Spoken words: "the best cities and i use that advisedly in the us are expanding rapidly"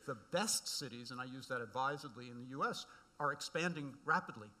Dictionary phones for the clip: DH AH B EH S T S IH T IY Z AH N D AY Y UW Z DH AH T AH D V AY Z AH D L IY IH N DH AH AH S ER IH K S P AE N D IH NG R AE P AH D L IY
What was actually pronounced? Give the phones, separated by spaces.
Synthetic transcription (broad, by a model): DH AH B EH S T S IH T IY Z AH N AY Y UW Z DH AH T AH D V AY Z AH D L IY IH N DH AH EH S ER IH K S P AE N D IH NG R AE P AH D L IY